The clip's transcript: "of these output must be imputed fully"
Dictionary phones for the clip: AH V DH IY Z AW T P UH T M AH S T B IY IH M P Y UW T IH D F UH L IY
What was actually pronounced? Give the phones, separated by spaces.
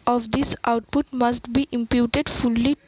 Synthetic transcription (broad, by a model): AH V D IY S AW T P UH T M AH S T B IY IH M P Y UW T IH D F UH L IY